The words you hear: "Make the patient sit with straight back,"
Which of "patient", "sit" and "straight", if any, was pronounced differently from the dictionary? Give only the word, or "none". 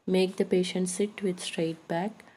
none